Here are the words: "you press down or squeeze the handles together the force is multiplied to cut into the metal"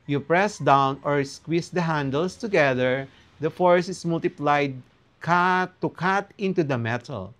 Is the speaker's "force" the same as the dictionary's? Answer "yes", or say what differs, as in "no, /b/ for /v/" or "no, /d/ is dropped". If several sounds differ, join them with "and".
yes